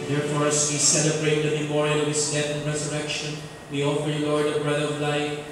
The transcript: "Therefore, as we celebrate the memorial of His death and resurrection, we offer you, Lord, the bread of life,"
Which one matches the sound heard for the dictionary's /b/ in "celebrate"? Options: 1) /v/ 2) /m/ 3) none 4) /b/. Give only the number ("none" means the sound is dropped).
4